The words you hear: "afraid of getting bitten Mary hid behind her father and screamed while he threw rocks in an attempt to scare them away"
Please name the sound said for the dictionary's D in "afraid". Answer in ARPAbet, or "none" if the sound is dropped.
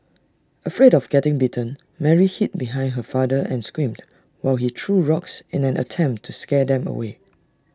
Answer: D